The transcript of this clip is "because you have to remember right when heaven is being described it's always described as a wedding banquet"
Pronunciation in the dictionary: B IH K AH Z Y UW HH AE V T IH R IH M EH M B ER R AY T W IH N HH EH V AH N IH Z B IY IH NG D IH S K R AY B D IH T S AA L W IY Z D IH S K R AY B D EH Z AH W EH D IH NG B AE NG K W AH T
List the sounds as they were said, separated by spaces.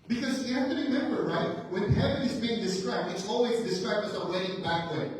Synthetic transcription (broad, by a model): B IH K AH Z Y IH HH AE F T IH R IH M EH M B ER R AY T W IH N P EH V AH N IH Z B IY IH NG D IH S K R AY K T IH T S AA L W IY Z D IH S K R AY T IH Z AH W EH D IH NG B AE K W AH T